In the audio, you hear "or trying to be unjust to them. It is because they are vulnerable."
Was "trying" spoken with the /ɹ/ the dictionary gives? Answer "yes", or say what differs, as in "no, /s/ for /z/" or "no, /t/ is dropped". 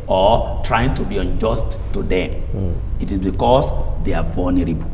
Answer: yes